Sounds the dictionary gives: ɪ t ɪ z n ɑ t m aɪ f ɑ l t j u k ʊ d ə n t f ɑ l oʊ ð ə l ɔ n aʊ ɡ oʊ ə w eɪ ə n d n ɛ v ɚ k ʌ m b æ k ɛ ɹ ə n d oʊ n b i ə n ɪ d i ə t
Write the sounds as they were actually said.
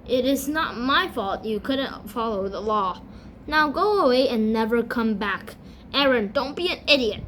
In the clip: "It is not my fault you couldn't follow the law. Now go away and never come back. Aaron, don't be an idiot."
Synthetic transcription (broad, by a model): ɪ t ɪ z n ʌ t m aɪ f ɑ l t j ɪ k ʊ d n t f ɑ l oʊ ð ə l ɔ n aʊ ɡ oʊ ə w eɪ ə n n ɛ v ɚ k ʌ m b æ k ɛ ɹ ə n d oʊ n b i ə n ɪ d i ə t